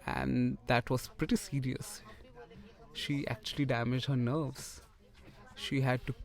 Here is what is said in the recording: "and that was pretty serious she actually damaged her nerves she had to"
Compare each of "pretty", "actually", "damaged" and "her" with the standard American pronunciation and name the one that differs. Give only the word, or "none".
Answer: none